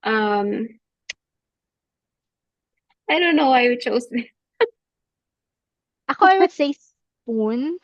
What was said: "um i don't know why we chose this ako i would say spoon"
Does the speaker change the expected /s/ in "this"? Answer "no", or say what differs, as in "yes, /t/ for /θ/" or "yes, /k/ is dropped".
yes, /s/ is dropped